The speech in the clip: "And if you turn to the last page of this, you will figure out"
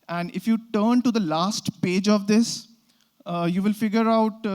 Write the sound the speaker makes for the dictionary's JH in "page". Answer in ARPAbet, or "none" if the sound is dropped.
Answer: JH